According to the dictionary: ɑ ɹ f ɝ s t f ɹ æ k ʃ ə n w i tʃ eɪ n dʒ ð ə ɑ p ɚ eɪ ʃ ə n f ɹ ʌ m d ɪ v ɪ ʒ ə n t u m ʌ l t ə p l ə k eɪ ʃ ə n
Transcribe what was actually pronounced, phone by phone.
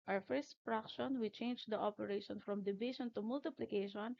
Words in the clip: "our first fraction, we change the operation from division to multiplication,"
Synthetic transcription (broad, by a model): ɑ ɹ f ɝ s t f ɹ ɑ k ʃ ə n w i tʃ eɪ n dʒ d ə ɑ p ɚ eɪ ʃ ə n f ɹ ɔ m d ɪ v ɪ ʃ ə n t u m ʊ l t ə p l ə k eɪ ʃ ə n